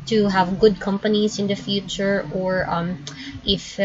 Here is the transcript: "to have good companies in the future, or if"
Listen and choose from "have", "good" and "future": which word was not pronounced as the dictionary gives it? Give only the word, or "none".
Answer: none